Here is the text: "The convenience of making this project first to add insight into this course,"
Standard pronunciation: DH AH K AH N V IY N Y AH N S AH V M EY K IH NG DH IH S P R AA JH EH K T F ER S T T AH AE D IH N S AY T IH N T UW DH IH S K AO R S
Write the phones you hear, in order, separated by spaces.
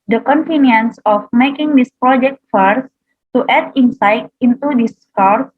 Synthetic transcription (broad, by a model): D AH K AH N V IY N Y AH N S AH F M EY K IH NG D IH S P R AA JH EH K T F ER S T T AH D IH N S AY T IH N T UW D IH S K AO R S